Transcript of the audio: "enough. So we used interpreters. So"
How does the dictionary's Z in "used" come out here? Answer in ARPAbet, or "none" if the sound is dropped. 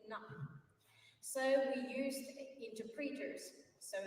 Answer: Z